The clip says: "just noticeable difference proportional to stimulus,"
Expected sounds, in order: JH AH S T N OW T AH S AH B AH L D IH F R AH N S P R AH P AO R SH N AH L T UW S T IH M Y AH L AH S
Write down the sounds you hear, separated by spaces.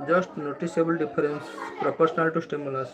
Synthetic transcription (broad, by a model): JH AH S T N OW T AH S AH B AH L D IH P R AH N S P R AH P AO R S N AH L T UW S T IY M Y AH L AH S